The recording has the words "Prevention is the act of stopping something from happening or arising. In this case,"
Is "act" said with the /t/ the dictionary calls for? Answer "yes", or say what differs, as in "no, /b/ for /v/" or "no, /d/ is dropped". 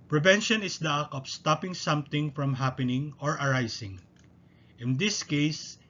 no, /t/ is dropped